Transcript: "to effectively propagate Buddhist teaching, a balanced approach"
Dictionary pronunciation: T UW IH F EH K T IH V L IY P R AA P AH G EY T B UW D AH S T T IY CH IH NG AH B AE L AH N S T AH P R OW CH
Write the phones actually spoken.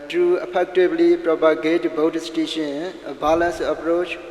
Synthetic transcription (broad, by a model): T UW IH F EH K T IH B L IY P R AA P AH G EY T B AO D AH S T T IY SH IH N AH B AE L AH N S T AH P R OW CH